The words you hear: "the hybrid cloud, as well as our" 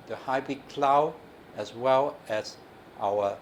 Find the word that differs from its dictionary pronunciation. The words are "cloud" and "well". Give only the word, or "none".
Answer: cloud